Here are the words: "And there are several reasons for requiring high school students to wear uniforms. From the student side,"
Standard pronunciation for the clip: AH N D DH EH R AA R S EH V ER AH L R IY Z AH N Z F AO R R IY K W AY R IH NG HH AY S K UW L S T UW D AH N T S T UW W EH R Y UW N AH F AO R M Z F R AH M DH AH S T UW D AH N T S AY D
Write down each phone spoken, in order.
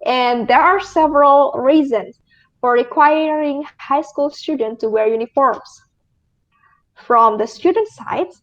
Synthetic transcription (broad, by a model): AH N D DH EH R AA R S EH V ER AH L R IY Z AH N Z F AO R R IY K W AY R IH NG HH AY S K UW L S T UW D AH N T T UW W EH R Y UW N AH F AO R M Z F R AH M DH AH S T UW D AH N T S AY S